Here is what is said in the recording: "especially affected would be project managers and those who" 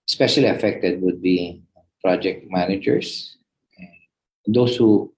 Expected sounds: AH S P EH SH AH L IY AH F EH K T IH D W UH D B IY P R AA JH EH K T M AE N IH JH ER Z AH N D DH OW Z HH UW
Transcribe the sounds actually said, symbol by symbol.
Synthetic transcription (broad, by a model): S P EH SH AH L IY AH F EH K T IH D W UH D B IY P R AA JH EH K T M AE N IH JH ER S AH N D OW S HH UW